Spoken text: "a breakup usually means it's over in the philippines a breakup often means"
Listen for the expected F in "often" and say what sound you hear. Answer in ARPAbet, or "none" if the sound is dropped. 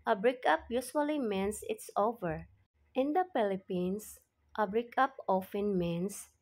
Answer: F